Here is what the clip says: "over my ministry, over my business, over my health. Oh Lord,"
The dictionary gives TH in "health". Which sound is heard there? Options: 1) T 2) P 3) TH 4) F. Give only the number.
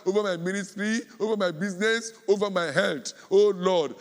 1